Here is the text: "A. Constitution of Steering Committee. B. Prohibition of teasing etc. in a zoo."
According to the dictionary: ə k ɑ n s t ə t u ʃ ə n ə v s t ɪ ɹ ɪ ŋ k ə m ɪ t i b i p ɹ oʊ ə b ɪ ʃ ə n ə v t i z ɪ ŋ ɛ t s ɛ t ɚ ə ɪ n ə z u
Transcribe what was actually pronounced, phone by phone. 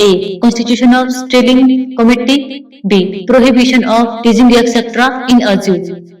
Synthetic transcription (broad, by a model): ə k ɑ n s t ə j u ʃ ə n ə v s t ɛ l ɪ ŋ k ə m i t i b i p ɹ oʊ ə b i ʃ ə n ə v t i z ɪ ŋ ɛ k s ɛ t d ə ɪ n ə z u